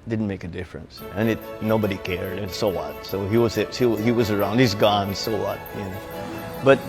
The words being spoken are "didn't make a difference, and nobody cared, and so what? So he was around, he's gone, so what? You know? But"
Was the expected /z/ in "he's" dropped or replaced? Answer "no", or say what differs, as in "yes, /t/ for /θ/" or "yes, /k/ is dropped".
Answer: no